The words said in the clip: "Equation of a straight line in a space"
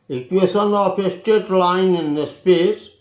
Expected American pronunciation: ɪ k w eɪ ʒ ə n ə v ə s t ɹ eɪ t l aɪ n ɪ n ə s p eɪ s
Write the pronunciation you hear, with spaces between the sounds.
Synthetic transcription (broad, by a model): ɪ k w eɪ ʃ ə n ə p ə s t eɪ t l aɪ n ɪ n ə s p eɪ s